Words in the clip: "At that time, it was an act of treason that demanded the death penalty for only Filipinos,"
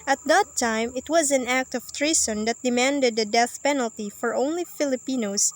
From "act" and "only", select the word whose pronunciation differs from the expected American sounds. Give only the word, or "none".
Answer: none